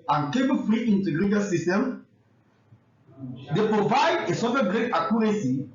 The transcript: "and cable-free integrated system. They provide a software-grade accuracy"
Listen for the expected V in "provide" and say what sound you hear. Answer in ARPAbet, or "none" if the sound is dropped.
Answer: V